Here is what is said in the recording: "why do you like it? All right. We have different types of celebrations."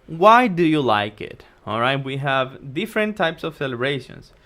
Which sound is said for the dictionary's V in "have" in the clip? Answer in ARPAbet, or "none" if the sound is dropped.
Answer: V